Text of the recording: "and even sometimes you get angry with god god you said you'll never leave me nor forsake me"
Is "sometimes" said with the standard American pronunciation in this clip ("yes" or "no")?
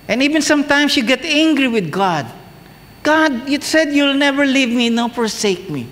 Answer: no